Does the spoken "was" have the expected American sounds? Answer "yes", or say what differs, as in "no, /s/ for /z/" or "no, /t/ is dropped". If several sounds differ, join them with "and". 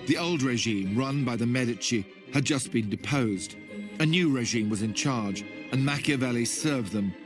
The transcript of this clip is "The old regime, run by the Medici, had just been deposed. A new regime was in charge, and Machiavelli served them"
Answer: yes